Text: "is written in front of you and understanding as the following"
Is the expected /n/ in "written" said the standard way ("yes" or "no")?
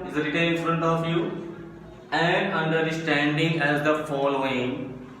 no